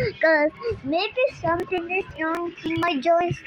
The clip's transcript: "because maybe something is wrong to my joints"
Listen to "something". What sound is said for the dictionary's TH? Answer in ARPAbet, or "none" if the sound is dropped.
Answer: T